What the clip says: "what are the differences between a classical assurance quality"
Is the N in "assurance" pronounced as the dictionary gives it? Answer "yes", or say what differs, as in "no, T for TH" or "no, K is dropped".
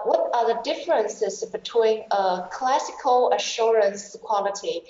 yes